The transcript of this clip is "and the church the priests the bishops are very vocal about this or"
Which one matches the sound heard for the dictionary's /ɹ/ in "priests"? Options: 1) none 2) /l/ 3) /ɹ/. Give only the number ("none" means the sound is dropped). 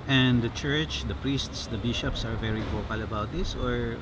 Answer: 3